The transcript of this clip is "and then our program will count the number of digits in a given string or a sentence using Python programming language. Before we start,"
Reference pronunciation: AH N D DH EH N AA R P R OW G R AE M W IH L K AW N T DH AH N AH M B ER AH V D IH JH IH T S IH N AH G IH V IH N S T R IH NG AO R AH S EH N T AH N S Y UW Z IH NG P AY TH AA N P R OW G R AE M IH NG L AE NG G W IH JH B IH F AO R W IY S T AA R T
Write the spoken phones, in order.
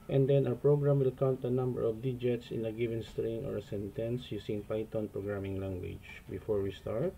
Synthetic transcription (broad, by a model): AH N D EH N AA W P R OW G R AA M W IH L K AW N T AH N AH M B ER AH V D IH JH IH T S IH N AH G IH V IH N S T R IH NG AO R AH S EH N T AH N S Y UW S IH NG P AY T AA N P R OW G R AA M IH NG L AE NG G W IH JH B IH F AO R W IY S T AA R T